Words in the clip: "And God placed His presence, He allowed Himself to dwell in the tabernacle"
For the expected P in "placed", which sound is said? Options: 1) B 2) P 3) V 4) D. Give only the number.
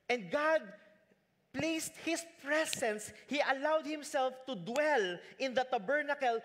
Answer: 2